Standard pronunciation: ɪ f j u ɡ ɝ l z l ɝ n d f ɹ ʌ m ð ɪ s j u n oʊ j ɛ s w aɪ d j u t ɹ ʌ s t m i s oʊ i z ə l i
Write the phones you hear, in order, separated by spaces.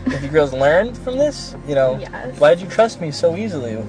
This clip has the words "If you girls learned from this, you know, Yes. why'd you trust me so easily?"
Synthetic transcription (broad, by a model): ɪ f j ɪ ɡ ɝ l z l ɝ n d f ɹ ʌ m ð ɪ s j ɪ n oʊ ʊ w aɪ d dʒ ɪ t ɹ ʌ s t m i s oʊ i z l i